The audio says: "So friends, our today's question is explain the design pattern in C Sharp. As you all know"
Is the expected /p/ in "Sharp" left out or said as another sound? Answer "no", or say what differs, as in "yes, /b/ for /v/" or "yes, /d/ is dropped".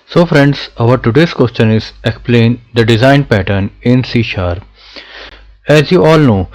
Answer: yes, /p/ is dropped